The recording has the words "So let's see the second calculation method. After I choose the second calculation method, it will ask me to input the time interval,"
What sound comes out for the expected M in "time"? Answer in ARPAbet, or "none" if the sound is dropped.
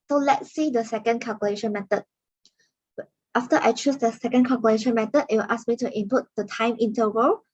M